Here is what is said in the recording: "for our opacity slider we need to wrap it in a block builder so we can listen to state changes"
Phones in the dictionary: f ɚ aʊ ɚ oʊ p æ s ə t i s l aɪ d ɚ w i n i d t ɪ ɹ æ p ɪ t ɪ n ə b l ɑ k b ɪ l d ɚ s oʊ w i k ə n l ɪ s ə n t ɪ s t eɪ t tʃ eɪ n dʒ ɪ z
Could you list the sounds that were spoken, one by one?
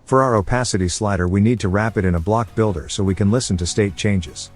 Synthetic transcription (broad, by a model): f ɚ aʊ ɚ oʊ p æ s ə t i s l aɪ d ɚ w i n i d t ɪ ɹ æ p ɪ t ɪ n ə b l ɑ k b ɪ l d ɚ s oʊ w i k ə n l ɪ s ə n t ɪ s t eɪ t tʃ eɪ n dʒ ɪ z